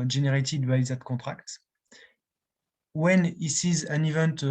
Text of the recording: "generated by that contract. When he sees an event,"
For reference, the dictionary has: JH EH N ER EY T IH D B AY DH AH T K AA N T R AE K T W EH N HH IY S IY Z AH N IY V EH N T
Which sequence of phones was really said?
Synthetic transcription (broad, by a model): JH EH N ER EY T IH D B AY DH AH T K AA T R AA K T W EH N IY S IY Z AH N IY V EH N T